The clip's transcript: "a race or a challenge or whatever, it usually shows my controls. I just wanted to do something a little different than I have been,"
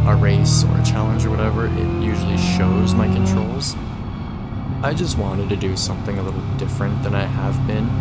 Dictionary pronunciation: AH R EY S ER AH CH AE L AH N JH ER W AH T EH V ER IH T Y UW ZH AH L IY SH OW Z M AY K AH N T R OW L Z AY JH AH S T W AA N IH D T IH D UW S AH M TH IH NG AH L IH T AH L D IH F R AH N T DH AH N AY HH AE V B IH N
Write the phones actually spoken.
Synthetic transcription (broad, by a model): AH R EY S ER AH CH AE L AH N JH ER W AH T EH V ER IH T Y UW ZH L IY SH OW Z M AY K AH N T R OW L Z AY JH AH S T W AA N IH D T IH D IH S AH M TH IH NG AH L IH T L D IH F R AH N DH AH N AY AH V B IH N